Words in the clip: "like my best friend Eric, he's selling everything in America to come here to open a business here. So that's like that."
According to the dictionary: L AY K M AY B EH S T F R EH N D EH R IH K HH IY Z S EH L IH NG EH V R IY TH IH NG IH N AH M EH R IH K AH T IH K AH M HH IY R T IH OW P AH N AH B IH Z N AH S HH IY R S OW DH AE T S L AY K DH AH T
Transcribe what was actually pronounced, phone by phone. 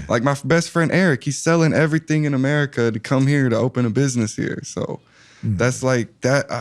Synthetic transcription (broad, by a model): L AY K M AY B EH S T F R EH N D EH R IH K HH IY Z S EH L IH NG EH V R IY TH IH NG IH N AH M EH R IH K AH T IH K AH M HH IY R T IH OW P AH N AH B IH Z N AH S HH IY R S OW DH AE T S L AY K DH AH T